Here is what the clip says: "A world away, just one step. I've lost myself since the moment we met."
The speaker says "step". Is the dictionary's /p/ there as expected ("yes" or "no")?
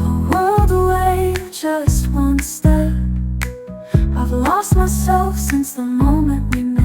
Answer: no